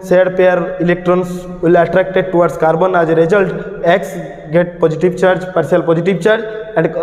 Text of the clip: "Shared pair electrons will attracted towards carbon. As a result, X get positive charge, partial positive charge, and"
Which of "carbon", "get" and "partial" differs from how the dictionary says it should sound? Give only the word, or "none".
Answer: partial